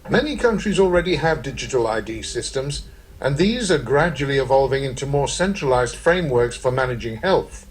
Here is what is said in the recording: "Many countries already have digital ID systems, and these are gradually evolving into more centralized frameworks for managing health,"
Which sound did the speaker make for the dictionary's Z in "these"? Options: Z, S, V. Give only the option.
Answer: Z